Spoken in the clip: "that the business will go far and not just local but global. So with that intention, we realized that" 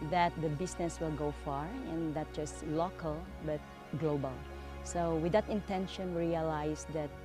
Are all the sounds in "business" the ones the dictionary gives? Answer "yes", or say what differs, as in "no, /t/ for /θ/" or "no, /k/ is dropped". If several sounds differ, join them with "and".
no, /s/ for /z/